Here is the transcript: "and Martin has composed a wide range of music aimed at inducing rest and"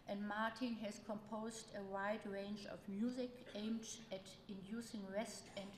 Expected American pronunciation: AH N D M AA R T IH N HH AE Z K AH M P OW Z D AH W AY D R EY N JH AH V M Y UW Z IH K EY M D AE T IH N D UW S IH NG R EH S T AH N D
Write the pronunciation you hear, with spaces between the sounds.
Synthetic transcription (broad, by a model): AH N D M AA R T IH N HH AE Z K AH M P OW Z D AH W AY D R EY N JH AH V M Y UW Z IH K EY M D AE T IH N D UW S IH NG R EH S T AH N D